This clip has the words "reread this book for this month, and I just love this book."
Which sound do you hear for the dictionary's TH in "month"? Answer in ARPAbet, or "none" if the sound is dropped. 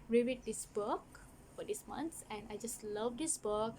S